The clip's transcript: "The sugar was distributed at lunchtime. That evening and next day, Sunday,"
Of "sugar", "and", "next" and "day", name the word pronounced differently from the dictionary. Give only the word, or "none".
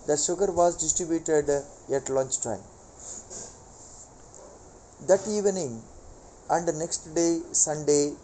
sugar